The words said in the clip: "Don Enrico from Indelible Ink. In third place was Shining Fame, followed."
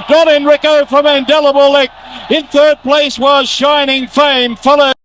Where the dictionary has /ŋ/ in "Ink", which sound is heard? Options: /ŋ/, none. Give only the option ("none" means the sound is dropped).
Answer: none